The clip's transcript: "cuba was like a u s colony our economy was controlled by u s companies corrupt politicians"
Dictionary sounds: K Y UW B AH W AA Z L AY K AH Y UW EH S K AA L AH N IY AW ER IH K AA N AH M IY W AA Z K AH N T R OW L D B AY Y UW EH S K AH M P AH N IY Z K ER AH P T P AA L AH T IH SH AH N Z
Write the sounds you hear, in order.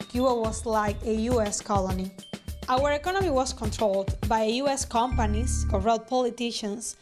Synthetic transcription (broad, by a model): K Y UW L W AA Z L AY K AH Y UW EH S K AA L AH N IY AW ER IH K AA N AH M IY W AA S K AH N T R OW L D B AY Y UW EH S K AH M P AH N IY S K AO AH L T P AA L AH T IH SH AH N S